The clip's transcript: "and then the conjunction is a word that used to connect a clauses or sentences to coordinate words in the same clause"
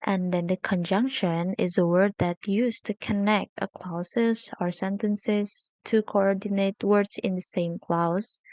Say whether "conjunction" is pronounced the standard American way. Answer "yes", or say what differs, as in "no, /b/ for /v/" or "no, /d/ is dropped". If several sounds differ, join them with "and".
yes